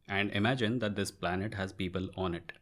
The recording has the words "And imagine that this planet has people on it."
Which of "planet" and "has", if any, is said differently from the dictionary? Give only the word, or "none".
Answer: none